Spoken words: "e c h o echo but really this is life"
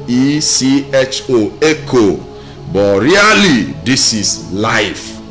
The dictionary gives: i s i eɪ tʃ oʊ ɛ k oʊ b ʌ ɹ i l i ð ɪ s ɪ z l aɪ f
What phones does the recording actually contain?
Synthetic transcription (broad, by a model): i s i eɪ tʃ oʊ ɛ k oʊ b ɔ ɹ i l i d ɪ s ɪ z l aɪ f